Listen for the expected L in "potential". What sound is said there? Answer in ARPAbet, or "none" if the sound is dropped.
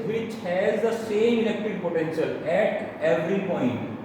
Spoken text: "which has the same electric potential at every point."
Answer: L